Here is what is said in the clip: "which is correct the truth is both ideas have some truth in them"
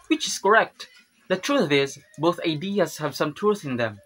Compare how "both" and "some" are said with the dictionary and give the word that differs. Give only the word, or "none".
none